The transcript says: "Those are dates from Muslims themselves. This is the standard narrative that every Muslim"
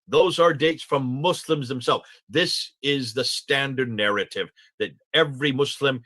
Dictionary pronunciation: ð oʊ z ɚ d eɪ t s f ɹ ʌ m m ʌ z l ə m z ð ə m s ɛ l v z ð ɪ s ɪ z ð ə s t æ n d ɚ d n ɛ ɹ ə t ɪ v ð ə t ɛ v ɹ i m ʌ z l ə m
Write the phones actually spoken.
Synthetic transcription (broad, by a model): ð oʊ z ɚ d eɪ t s f ɹ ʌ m m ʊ s l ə m z ð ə m s ɛ l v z ð ɪ s ɪ z ð ə s t æ n d ɚ d n ɛ ɹ ə t ɪ v ð ə t ɛ v ɹ i m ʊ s l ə m